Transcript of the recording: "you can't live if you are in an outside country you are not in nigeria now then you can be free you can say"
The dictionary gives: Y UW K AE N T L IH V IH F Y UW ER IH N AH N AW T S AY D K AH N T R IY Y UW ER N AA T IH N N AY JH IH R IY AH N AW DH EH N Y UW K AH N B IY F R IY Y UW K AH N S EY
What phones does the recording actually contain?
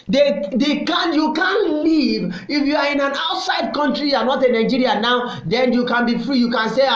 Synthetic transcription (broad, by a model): Y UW K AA N L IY V IH F Y UW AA IH N AH N AW T S AY D K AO N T R IY Y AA N AA T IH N N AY JH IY R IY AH N AW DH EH N Y UW K AH N B IY F R IY Y UW K AH N S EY